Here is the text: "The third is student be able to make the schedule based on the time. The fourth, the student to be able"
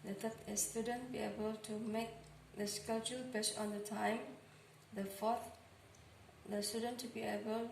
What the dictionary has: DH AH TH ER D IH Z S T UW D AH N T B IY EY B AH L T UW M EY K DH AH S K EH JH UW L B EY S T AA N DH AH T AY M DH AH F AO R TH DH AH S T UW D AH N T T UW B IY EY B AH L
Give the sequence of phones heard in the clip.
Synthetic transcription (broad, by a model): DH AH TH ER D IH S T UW D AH N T B IY EY B AH L T UW M EY K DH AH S K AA CH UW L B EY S AA N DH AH T AY M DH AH F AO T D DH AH S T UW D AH N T T UW B IY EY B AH L